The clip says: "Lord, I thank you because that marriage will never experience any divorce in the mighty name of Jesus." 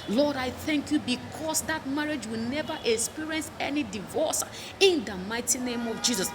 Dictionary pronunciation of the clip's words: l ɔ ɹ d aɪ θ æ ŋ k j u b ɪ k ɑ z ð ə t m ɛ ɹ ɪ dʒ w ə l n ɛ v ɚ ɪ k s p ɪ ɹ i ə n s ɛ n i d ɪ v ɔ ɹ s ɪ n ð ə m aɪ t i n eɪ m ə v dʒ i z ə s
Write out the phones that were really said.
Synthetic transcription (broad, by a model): l ɔ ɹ d aɪ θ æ ŋ k j u b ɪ k ɑ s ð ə t m ɛ ɹ ɪ dʒ w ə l n ɛ v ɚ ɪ k s p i ɹ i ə n s ɛ n i d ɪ v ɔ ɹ s ɪ n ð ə m aɪ t i n eɪ m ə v dʒ i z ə s